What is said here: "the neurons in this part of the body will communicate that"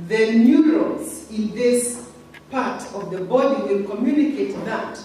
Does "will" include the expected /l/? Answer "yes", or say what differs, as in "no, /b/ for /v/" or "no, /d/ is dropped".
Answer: no, /n/ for /l/